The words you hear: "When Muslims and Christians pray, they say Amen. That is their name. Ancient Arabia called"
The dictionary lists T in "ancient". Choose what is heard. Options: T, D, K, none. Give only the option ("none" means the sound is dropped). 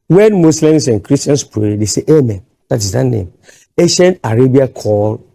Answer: none